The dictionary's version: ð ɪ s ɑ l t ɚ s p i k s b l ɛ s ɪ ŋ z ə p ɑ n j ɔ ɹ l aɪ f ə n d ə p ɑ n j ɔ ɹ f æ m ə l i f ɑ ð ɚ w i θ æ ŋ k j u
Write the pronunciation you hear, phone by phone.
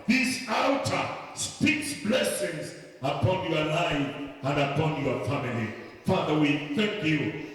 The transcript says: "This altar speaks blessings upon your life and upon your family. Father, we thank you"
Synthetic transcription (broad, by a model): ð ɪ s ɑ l t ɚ s p i k s b l ɛ s ɪ ŋ z ə p ɑ n j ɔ l aɪ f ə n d ə p ɑ n j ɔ f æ m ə l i f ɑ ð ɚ w i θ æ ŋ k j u